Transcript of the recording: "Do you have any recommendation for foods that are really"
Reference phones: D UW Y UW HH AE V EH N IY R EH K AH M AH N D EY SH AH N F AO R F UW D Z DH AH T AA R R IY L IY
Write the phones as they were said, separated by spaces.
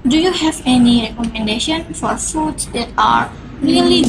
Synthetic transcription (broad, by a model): D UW Y UW HH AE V EH N IY R EH K AH M AH N D EY SH AH N F AO R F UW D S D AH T AA R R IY L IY